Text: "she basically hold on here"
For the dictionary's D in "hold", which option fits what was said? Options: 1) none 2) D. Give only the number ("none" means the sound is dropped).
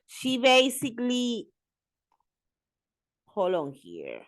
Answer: 1